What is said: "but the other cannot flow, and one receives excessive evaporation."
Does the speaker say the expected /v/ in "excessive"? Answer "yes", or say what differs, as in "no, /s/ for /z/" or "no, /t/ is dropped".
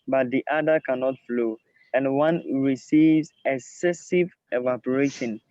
yes